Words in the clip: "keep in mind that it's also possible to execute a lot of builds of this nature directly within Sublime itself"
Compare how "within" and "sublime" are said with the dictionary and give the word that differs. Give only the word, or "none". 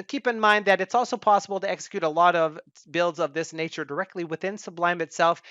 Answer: none